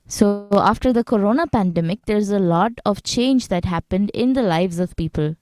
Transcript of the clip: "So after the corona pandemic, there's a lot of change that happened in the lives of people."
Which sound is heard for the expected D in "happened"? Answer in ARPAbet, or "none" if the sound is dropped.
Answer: D